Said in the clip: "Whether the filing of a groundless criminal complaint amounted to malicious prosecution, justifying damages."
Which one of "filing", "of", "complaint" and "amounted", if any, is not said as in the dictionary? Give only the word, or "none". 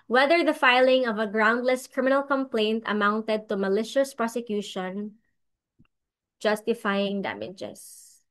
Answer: none